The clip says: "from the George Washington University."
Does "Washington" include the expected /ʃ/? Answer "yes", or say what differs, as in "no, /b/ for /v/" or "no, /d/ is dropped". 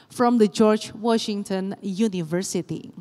yes